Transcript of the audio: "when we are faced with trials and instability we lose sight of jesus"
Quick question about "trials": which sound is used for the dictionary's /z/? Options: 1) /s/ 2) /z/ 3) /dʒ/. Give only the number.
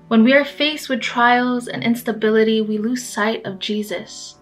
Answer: 2